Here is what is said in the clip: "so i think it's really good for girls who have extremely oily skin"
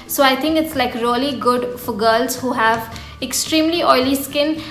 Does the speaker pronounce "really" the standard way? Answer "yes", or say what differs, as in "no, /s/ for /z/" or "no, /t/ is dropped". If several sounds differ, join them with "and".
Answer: no, /l/ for /ɹ/